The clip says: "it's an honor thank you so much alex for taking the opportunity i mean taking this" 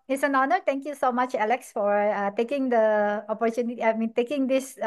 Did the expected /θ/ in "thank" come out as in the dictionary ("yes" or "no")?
no